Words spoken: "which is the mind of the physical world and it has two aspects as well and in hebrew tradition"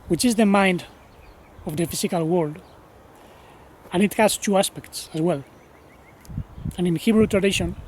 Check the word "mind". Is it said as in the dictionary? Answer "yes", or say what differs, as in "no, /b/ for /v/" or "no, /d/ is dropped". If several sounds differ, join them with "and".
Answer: yes